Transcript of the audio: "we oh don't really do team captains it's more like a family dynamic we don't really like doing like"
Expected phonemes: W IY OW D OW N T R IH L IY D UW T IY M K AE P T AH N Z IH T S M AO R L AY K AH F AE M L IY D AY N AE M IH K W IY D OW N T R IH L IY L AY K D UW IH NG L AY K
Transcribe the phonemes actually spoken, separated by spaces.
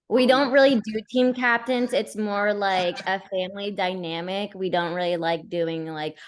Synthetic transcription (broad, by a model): W IY D OW N T R IH L IY D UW T IY M K AE P T AH N Z IH T S M AO R L AY K AH F AE M L IY D AY N AE M IH K W IY D OW N T R IH L IY L AY K D UW IH NG L AY K